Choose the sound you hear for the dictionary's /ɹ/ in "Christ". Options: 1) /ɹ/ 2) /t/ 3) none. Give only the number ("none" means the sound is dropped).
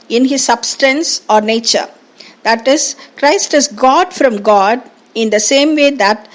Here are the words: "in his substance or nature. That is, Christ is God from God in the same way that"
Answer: 1